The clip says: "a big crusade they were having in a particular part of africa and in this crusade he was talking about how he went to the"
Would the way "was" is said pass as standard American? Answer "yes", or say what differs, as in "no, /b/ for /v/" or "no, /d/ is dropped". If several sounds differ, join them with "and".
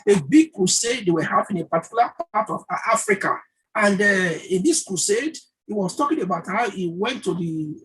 no, /s/ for /z/